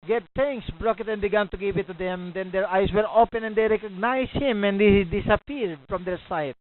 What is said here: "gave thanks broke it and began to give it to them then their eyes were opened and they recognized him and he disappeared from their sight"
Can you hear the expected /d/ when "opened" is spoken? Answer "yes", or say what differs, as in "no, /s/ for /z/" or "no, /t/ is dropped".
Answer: no, /d/ is dropped